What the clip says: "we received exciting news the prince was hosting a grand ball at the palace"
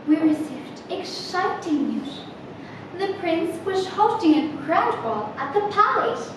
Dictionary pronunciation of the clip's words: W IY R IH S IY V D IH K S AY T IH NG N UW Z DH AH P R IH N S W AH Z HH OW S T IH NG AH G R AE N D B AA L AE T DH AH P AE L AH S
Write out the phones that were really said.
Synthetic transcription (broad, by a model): W IY R IH S IY V D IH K SH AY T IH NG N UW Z DH AH P R IH N S W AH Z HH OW T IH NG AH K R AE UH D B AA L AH T DH AH P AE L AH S